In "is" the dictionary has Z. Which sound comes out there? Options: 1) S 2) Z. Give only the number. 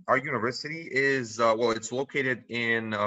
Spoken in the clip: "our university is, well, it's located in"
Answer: 2